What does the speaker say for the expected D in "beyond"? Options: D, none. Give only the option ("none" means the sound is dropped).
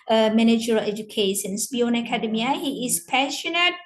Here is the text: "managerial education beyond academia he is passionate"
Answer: none